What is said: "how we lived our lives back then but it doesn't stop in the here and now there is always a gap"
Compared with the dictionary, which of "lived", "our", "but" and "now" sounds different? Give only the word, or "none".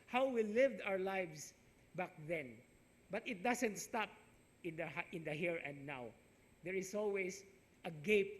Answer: none